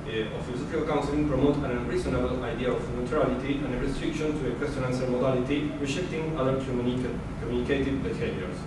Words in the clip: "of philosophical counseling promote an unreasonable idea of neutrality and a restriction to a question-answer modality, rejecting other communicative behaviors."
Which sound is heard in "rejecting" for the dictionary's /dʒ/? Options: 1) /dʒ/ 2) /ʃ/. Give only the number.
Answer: 2